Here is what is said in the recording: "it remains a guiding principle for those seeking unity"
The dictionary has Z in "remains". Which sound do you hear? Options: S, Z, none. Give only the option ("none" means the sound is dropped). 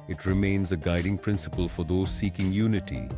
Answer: Z